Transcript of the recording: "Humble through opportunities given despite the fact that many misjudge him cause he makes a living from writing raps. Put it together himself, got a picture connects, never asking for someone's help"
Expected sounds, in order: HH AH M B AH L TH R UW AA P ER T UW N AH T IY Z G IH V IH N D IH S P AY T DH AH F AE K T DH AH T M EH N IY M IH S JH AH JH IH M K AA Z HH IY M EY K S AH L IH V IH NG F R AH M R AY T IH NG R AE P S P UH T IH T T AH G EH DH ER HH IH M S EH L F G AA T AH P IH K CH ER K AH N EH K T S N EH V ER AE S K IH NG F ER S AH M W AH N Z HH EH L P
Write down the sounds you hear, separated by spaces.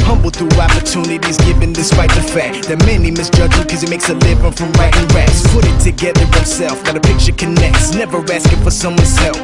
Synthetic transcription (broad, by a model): HH AH M B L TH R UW AA P ER T UW N AH T IY Z G IH V IH N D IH S P AY T DH AH F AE K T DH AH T M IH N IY M IH S JH AH JH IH K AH Z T M EY K S AH L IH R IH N F R AH M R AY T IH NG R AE S P UH T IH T T AH G EH DH ER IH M S EH L F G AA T AH P IH K CH ER K AH N EH K T S N EH V ER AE S K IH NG F ER S AH M W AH N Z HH EH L